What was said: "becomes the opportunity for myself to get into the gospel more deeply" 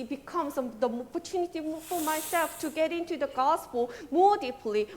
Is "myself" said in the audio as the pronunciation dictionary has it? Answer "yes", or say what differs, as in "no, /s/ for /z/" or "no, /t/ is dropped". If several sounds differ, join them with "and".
yes